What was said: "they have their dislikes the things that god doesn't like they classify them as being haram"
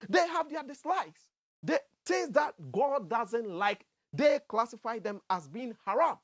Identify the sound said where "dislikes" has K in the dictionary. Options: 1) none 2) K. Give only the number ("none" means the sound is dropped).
1